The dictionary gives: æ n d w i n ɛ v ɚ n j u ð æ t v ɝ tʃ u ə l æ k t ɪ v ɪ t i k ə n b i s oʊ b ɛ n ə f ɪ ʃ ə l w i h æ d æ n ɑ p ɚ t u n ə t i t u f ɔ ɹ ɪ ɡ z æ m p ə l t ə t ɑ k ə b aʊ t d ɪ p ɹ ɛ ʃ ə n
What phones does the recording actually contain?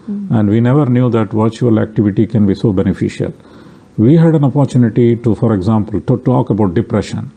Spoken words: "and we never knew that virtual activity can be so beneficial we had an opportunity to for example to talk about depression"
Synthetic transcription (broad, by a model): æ n d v i n ɛ v ɚ n j u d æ t v ɝ tʃ u ə l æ k t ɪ v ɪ t i k ə n b i s oʊ b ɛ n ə f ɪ ʃ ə l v i h æ d æ n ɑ p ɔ t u n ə t i t u f ɔ ɹ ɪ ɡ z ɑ m p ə l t t ɑ k ə b aʊ t d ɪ p ɹ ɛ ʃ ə n